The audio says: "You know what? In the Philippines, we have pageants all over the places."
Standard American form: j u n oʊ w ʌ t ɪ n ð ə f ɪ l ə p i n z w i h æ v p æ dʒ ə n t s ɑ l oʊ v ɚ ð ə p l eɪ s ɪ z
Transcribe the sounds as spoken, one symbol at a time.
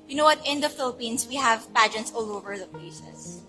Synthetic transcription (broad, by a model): j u n oʊ w ʌ t ɪ n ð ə f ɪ l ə p i n s w i h æ v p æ dʒ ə t s ɑ l oʊ v ɚ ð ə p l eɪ s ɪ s